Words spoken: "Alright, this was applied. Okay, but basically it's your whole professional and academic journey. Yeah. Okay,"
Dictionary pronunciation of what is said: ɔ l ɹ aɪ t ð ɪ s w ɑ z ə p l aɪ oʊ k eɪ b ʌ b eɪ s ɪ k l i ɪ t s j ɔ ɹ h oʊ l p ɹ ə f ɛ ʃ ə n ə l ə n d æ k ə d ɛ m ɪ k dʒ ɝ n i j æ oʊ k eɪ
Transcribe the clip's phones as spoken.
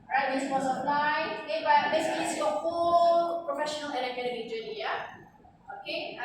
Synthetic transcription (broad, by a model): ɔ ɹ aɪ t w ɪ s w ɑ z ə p l aɪ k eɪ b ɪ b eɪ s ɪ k i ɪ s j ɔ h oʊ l p ɹ ə f ɛ ʃ ə n ə l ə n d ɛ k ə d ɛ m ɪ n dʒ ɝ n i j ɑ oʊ k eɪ